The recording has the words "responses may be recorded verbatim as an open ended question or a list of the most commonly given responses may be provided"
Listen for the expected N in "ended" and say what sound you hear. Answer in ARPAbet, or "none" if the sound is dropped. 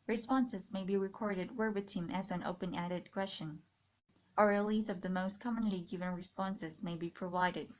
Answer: none